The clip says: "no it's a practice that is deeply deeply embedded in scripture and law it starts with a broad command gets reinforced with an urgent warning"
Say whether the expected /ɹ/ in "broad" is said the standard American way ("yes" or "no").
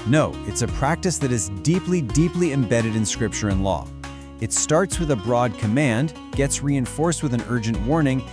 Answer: yes